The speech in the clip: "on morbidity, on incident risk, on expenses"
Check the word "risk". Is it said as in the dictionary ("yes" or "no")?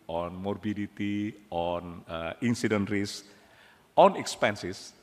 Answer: no